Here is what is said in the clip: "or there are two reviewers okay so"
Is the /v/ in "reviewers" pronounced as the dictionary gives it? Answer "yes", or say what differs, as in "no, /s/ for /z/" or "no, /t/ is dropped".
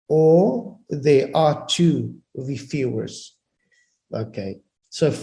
no, /f/ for /v/